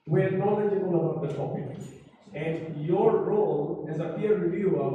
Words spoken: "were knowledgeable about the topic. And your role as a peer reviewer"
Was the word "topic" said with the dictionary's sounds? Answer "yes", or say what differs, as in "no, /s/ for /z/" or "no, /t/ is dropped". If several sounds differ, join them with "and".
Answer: no, /k/ is dropped